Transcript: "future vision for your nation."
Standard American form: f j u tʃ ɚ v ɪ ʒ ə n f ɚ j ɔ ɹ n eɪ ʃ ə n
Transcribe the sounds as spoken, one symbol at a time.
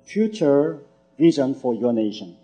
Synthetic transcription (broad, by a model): f j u tʃ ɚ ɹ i z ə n f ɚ j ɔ n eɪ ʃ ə n